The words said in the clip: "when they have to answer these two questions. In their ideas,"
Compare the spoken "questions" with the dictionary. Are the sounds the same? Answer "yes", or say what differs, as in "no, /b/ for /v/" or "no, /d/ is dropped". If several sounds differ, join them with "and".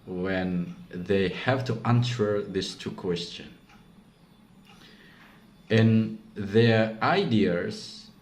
no, /z/ is dropped